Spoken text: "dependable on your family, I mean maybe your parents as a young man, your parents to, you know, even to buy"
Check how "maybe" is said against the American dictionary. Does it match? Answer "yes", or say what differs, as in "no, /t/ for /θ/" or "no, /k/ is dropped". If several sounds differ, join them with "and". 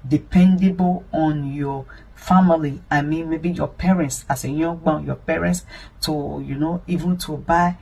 yes